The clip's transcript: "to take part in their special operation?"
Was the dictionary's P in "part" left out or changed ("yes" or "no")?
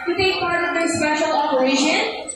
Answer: no